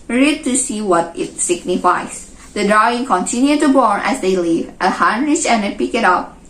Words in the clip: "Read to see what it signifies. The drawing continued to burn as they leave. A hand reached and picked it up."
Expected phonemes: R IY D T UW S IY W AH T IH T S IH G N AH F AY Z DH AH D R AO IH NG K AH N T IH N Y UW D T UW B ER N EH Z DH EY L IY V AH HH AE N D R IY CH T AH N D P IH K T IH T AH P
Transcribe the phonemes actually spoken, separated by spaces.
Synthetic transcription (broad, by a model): R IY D T UW S IY W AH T IH T S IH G N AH F AY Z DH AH D R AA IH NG K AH N T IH N Y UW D T UW B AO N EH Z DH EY L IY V AH HH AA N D R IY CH AH N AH P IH K IH T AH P